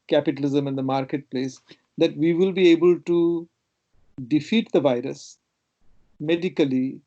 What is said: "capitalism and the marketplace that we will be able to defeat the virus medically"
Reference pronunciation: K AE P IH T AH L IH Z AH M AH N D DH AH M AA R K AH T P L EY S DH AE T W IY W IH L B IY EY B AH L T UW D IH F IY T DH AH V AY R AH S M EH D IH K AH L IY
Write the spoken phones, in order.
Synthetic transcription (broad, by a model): K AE P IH T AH L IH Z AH M AH N D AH M AA R K AH T P L EY S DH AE T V IY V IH L B IY EY B AH L T UW D IH F IY T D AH V AY R AH S M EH D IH K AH L IY